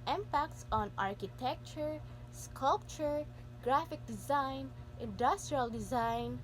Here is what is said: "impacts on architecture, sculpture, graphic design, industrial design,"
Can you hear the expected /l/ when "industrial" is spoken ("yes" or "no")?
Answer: yes